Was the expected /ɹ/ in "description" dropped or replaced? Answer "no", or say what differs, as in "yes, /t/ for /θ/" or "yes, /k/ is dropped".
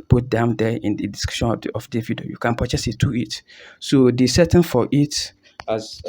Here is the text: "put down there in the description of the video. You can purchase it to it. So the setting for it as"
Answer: yes, /ɹ/ is dropped